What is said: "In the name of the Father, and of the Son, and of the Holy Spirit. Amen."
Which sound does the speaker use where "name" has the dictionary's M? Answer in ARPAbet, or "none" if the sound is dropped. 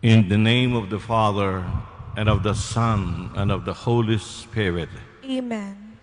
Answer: M